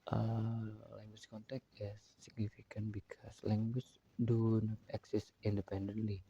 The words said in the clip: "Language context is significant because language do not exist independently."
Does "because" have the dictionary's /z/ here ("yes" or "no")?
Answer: no